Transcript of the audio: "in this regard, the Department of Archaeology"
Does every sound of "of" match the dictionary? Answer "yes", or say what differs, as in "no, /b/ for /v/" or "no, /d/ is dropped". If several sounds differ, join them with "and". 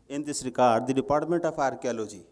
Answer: no, /p/ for /v/